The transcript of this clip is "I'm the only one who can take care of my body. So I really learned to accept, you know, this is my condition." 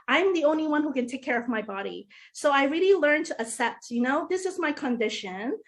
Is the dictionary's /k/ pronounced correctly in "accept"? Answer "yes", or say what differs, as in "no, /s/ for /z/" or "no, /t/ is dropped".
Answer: no, /k/ is dropped